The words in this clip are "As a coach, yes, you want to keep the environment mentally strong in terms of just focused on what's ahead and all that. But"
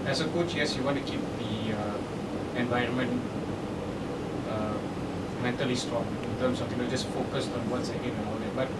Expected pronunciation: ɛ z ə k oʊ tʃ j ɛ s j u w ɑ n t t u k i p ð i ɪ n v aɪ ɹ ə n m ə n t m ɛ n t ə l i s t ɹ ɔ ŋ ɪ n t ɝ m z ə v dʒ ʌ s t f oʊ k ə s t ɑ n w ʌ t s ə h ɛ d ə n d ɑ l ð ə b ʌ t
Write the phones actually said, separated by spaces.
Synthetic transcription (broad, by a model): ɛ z ə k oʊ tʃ j ɛ s j u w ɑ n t t u k i p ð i ɪ n v aɪ ɹ ə n m ə n t m ɛ n t ə l i s t ɹ ɔ ŋ ɪ n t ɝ m s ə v dʒ ʌ s t f oʊ k ə s t ɑ n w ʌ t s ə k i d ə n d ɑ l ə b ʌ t